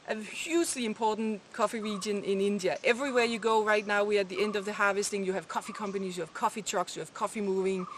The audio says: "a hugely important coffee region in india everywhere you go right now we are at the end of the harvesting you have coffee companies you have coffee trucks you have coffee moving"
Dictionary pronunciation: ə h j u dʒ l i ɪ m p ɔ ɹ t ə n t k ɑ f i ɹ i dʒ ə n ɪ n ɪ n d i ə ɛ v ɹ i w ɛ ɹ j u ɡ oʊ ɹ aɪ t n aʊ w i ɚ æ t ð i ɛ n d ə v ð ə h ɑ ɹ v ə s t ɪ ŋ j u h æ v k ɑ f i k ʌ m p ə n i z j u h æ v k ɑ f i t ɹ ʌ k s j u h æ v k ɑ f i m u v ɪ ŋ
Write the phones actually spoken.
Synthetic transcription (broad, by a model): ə h j u dʒ l i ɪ m p ɔ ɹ t n k ɑ f i ɹ i dʒ ə n ɪ n ɪ n d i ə ɛ v ɹ i w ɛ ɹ j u ɡ oʊ ɹ aɪ t n aʊ w i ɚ t ð i ɛ n d ə v ð ə h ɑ v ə s t ɪ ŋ j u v k ɑ f i k ʌ m p ə n i z j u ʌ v k ɑ f i t ɹ ʌ k s j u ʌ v k ɑ f i m u v ɪ ŋ